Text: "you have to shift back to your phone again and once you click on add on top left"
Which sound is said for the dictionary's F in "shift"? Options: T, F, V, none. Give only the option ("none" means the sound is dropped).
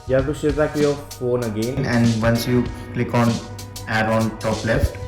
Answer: none